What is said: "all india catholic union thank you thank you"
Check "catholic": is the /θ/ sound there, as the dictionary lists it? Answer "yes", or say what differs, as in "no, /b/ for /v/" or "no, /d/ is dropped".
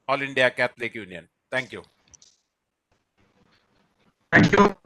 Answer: no, /t/ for /θ/